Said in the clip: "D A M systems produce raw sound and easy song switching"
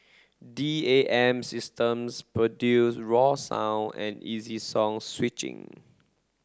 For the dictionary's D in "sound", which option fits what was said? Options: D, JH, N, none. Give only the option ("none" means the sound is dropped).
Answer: none